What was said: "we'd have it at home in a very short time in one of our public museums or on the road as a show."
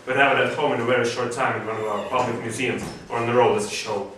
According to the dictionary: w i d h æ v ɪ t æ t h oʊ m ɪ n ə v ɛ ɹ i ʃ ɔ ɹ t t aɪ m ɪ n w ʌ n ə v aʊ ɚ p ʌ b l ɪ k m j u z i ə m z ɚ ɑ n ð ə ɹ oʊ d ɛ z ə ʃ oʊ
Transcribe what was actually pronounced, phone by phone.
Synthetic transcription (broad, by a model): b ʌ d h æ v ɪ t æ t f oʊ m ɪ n ə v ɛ ɹ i ʃ ɔ ɹ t t aɪ m ɪ n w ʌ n ə v aʊ ɚ p ʌ b l ɪ k m j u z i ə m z ɚ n ð ə ɹ oʊ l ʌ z ə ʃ oʊ